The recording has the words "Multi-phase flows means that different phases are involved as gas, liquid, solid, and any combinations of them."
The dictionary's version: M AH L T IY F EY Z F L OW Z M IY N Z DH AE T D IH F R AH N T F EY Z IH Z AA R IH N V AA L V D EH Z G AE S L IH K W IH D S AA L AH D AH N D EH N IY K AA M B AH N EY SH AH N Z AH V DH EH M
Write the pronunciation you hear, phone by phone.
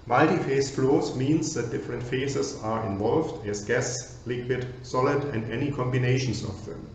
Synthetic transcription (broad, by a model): M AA L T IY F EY S F L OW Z M IY N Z DH AE T D IH F R AH N T F EY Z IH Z AA R IH N V AA L V D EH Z G AE S L IH K W IH D S AA L AH D AH N D EH N IY K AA M B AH N EY SH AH N S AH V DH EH M